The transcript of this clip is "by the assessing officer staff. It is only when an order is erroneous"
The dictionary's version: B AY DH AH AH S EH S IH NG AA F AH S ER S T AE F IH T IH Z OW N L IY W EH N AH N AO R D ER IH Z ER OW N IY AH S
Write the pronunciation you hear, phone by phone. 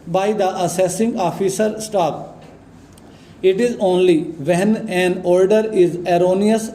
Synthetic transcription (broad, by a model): B AY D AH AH S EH S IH NG AA F AH S ER S T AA P IH T IH Z OW N L IY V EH N AH N AO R D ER IH Z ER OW N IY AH S